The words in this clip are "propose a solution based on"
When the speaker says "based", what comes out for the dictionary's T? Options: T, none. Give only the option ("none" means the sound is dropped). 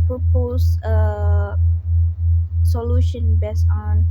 none